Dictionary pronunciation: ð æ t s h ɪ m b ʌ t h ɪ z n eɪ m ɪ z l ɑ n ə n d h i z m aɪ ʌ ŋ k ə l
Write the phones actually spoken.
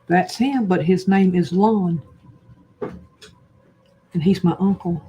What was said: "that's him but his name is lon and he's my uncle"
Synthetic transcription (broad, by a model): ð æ t s h ɪ m b ʌ t h ɪ z n eɪ m ɪ z l ɑ n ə n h i z m aɪ ʌ ŋ k l